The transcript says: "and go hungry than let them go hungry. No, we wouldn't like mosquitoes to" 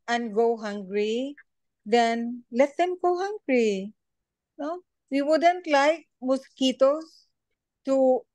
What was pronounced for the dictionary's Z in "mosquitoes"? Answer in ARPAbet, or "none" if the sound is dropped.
S